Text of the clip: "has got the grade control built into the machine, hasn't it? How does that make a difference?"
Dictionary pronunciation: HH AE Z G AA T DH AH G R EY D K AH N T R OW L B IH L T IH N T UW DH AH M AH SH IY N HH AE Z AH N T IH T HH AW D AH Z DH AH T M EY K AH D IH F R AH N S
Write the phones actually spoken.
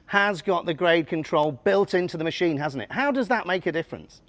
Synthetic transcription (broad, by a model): HH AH Z G AA T DH AH G R EY D K AH N T R OW L B IH L T IH N T UW DH AH M AH SH IY N HH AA Z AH N T IH T HH AW D AH Z DH AH T M EY K AH D IH F R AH N S